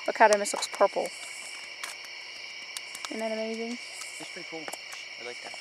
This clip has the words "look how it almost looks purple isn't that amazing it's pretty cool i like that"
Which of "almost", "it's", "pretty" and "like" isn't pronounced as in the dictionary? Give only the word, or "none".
almost